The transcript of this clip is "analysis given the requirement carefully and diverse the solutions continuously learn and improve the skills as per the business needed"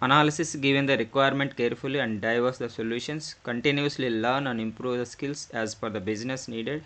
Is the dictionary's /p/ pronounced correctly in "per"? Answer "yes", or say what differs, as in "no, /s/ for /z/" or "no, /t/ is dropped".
no, /f/ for /p/